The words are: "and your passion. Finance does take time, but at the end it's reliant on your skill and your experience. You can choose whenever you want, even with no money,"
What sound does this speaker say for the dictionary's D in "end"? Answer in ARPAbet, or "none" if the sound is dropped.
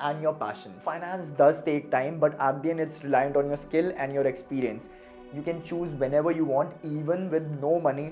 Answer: none